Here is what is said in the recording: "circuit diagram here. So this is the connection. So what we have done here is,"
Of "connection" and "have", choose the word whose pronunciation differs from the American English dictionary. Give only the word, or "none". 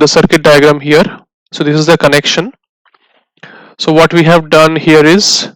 none